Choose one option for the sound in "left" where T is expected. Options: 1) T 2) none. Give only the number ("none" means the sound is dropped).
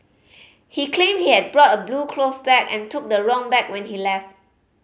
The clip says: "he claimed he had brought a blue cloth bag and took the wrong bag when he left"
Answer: 1